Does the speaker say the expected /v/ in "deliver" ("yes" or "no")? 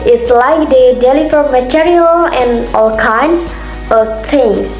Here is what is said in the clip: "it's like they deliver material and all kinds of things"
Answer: no